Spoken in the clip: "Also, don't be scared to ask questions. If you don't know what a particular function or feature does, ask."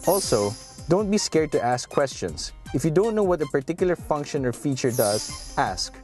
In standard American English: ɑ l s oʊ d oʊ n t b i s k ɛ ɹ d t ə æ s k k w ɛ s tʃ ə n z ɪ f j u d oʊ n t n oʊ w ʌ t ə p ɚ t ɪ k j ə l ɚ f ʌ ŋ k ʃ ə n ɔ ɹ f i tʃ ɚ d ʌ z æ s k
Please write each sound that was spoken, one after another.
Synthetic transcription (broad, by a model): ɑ l s oʊ d oʊ n t b i s k ɛ ɹ d t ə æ s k k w ɛ s tʃ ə n s ɪ f j u d oʊ n t n oʊ w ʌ t ə p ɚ t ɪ k j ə l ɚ f ʌ ŋ k ʃ ə n ɔ ɹ f i tʃ ɚ d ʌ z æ s k